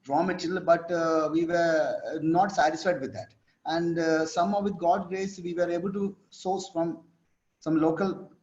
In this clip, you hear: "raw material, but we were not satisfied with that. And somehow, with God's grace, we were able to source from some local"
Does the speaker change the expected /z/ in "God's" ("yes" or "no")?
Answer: yes